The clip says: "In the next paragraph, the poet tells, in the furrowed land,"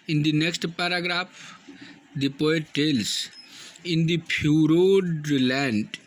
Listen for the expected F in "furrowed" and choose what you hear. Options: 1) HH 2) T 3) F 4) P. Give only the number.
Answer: 4